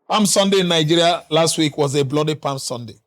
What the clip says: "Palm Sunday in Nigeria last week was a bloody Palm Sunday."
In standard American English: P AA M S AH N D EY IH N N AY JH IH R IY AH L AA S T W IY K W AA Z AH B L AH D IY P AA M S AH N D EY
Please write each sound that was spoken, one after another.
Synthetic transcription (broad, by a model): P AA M S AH N D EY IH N N AY JH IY R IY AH L AA S T W IY K W AA Z AH B L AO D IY P AA M S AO N D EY